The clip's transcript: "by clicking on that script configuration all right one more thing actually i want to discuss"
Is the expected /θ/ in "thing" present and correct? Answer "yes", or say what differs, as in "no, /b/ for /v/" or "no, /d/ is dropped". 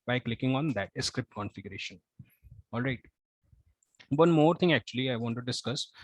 no, /t/ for /θ/